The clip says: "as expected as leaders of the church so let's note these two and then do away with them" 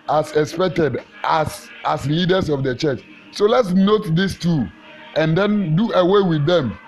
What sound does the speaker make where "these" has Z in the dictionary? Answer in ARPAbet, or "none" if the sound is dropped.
S